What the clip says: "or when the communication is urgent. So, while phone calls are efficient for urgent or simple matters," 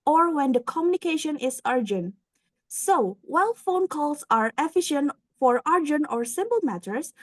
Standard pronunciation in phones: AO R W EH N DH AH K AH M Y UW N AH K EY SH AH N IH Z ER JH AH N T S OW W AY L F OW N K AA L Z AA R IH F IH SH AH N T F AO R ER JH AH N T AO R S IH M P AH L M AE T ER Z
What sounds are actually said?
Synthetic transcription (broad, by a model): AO R W EH N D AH K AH M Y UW N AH K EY SH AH N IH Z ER JH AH N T S OW W AY L F OW N K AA L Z AA R IH F IH SH AH N T F AO R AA JH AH N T AO R S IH M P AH L M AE T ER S